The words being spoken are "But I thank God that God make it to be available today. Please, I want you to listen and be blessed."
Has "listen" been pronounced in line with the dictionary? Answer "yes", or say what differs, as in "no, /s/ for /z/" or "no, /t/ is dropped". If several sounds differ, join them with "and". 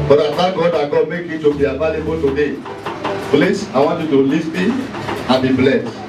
no, /n/ is dropped